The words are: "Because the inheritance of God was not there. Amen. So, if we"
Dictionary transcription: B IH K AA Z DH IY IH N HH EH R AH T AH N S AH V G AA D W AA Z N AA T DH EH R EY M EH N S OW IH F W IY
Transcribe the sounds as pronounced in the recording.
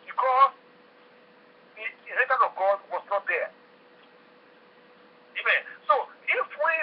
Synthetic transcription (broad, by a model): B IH K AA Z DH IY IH HH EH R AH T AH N AH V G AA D W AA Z N AA T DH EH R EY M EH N S OW IH F W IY